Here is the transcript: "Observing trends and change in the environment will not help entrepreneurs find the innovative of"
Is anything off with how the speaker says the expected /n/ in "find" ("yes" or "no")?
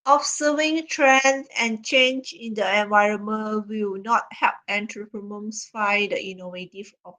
yes